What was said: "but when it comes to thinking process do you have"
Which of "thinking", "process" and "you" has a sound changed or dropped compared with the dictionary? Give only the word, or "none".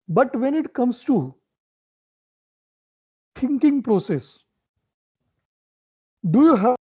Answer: thinking